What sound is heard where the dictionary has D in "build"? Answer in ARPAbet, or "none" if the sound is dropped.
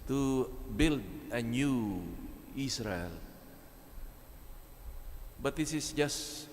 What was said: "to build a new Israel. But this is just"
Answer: D